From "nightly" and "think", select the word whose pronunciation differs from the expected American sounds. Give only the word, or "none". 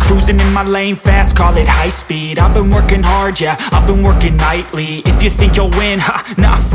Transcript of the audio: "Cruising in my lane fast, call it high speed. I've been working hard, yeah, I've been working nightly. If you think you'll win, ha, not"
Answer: none